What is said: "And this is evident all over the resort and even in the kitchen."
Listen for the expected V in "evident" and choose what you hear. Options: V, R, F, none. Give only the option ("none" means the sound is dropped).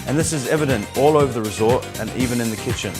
V